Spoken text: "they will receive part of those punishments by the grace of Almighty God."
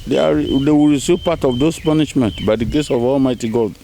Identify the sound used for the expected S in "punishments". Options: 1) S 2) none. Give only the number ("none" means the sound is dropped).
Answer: 2